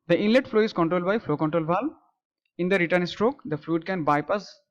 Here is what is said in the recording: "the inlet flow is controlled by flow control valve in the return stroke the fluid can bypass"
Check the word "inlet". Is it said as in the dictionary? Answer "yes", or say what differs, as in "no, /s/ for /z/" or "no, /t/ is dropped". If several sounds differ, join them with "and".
yes